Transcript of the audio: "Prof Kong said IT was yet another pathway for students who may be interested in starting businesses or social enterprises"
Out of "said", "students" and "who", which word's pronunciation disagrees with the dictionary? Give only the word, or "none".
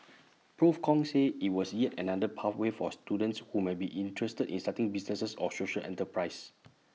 said